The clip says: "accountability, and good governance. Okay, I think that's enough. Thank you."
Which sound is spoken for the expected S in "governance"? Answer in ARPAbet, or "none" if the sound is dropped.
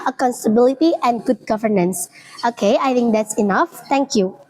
S